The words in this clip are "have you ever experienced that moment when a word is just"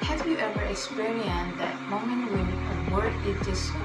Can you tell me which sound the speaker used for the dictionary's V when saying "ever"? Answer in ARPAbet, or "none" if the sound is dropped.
V